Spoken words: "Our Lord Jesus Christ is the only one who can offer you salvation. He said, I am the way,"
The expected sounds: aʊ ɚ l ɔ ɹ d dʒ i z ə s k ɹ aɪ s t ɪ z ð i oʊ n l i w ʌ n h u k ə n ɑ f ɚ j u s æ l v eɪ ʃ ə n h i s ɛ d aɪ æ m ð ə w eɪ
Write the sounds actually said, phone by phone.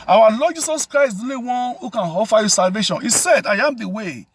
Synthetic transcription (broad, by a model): aʊ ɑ l ɔ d dʒ i s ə s k ɹ aɪ s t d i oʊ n i w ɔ n h u k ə n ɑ f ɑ j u s æ l v eɪ ʃ ə n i s ɛ d aɪ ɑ m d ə w eɪ